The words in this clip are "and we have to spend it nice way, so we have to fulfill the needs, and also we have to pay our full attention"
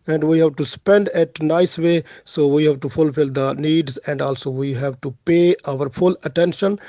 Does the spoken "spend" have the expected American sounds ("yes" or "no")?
yes